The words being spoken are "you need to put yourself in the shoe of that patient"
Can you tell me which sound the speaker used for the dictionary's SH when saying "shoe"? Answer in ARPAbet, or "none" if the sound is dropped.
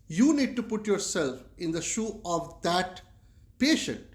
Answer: SH